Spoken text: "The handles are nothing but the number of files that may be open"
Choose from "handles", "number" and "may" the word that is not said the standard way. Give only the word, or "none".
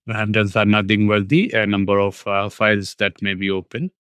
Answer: handles